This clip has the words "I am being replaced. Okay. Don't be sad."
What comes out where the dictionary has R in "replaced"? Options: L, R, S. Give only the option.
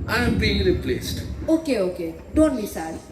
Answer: L